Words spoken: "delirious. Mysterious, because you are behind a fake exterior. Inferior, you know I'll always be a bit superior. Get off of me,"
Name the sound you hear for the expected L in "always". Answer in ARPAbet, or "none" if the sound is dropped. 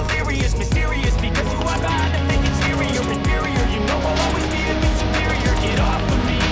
none